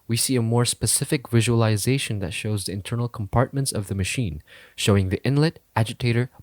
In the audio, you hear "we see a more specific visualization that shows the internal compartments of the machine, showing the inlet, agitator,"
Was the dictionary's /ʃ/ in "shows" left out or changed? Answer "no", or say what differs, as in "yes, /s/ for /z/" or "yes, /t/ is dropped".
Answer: no